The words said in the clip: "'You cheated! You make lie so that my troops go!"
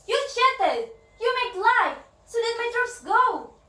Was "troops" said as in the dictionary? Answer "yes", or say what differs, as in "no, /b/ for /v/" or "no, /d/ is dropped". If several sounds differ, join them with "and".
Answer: no, /p/ is dropped